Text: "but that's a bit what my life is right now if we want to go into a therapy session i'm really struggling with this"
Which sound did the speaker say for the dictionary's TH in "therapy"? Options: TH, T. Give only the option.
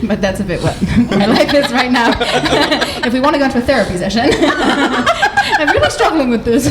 TH